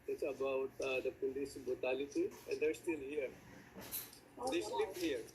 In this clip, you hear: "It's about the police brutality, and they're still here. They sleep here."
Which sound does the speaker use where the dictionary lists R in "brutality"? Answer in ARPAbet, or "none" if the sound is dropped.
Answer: none